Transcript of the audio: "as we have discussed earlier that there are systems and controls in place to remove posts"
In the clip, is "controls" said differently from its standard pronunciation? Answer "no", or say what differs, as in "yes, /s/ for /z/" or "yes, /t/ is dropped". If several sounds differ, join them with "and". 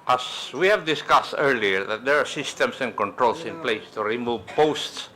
yes, /s/ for /z/